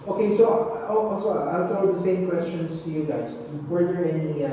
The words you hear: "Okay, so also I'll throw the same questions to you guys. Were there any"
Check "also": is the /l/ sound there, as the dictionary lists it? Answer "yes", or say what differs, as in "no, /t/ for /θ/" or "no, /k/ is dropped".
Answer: no, /l/ is dropped